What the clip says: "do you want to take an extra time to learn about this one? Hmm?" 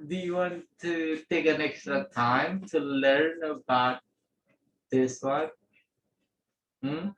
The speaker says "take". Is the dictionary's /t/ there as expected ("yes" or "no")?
yes